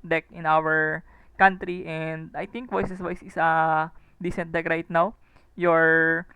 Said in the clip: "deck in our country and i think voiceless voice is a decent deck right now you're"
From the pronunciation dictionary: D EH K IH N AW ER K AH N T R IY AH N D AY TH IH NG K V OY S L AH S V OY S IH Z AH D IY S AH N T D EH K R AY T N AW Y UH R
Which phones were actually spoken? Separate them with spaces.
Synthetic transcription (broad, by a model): D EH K IH N AW ER K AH N T R IY AH N D AY T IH NG K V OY S AH S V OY S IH S AH D IY S AH N T D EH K R AY T N AW Y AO R